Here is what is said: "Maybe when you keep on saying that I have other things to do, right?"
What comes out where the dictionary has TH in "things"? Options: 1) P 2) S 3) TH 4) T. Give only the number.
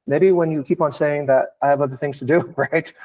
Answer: 3